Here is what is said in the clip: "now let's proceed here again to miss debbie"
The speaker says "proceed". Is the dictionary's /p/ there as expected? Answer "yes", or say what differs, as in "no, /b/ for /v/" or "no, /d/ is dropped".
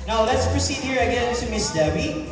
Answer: yes